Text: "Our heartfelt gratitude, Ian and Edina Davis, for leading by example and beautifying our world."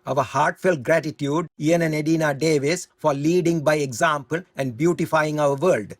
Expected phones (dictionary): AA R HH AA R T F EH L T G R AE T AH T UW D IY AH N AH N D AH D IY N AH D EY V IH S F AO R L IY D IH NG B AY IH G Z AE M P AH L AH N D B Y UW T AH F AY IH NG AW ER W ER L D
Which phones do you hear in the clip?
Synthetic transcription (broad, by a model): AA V HH AA R T F EH L T G R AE T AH T UW D IY AH N AH N D AH D IY N AH D EY V IH S F AO R L IY D IH NG B AY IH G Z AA M P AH L AH N D B Y UW T AH F AY IH NG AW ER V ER L D